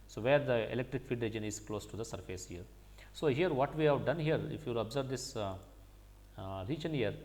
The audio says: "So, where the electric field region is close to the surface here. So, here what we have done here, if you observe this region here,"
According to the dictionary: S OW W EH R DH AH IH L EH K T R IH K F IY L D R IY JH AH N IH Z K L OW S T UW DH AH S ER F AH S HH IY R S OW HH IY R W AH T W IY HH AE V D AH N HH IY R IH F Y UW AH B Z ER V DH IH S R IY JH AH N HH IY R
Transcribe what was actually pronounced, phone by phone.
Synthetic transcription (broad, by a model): S OW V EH R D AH IH L EH K T R IH K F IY D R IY JH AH N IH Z K L OW S T UW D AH S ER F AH S HH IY R S OW HH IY R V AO T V IY HH AE V D AH N HH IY R IH F Y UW AH B Z ER V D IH S R IY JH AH N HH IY R